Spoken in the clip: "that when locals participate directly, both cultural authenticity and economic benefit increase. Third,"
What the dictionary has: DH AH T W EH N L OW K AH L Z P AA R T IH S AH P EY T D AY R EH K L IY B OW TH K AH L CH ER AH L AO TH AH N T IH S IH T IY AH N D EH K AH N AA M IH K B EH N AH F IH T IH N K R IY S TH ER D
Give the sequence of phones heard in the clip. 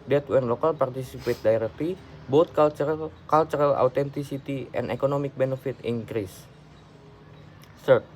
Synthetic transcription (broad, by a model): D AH T W EH N L OW K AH L P AA R T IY S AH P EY T D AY R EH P IY B OW T K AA L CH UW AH L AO T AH N T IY S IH T IY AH N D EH K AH N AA M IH K B EH N AH F IH T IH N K R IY S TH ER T